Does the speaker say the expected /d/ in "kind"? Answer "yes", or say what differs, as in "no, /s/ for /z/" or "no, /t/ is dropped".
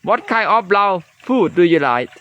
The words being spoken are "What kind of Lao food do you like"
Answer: no, /d/ is dropped